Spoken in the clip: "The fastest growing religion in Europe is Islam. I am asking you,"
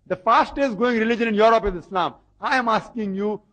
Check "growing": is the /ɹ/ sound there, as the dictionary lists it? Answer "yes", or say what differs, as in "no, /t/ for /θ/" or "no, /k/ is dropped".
no, /ɹ/ is dropped